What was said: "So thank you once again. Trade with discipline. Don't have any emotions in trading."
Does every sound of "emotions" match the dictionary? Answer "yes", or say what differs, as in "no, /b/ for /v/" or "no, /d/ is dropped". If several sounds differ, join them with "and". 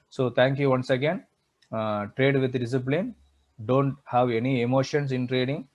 no, /s/ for /z/